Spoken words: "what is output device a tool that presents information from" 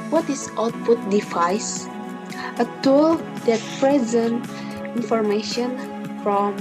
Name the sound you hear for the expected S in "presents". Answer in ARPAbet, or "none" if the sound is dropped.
none